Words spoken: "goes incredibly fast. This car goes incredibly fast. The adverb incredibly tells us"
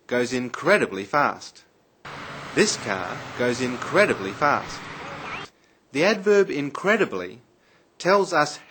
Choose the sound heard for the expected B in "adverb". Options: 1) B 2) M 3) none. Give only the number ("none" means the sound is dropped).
1